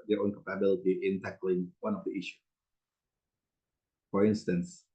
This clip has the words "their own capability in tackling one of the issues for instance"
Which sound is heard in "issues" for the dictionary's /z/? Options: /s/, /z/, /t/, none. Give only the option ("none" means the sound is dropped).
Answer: none